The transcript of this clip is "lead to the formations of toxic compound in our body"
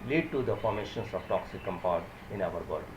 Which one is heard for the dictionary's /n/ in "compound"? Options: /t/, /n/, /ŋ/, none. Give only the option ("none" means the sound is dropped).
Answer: none